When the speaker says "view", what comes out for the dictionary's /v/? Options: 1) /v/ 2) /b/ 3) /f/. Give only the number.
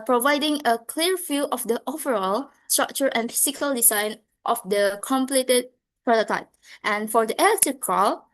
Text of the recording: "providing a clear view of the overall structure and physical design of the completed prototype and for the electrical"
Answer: 3